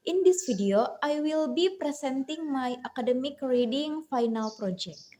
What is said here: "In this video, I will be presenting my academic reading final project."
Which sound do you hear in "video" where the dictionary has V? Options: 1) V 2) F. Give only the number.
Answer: 2